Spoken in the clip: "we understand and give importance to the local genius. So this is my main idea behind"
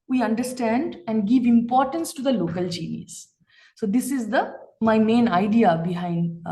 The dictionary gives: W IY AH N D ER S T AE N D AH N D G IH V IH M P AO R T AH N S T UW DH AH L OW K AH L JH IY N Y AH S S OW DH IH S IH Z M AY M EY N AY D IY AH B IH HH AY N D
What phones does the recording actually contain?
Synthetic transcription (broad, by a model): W IY AH N D ER S T AE N D AH N D G IH V IH M P AO R T AH N S T UW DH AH L OW K AH L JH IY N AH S S OW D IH S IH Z M AY M EY N AY D IY AH B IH HH AY N D